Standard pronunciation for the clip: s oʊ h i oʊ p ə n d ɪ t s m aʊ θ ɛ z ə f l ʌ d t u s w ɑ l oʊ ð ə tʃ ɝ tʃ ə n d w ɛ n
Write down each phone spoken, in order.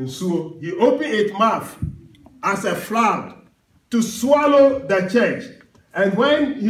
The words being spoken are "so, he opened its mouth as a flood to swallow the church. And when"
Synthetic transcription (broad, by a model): s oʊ h i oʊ p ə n ɪ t m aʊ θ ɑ s ə f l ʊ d t u s w ɑ l oʊ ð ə tʃ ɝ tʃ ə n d w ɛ n